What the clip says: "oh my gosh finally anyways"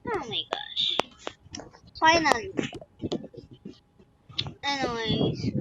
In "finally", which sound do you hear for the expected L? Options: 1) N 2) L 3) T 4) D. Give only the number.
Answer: 1